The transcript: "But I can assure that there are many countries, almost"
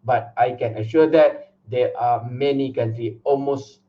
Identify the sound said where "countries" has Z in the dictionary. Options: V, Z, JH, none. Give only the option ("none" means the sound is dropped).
none